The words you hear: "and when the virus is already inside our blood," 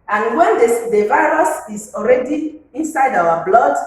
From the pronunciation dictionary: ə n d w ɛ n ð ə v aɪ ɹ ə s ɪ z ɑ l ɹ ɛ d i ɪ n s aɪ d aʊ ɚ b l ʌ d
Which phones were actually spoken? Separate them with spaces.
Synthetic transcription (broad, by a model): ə n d w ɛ n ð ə v aɪ ɹ ə s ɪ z ɑ l ɹ ɛ d i ɪ n s aɪ d aʊ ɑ b l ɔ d